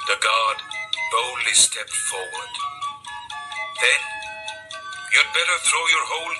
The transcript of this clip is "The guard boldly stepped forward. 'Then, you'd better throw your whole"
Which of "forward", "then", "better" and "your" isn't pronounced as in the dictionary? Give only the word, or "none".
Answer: none